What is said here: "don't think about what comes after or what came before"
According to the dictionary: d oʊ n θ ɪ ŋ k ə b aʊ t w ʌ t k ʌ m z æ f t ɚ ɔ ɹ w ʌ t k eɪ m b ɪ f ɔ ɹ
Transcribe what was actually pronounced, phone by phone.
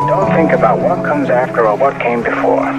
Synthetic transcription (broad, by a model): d oʊ n θ ɪ ŋ k ə b aʊ t w ʌ t k ʌ m z æ f t ɚ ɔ l w ʌ t k eɪ m b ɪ f ɔ ɹ